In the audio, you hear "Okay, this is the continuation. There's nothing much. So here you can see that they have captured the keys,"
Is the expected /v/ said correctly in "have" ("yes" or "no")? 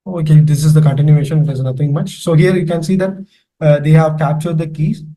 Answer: yes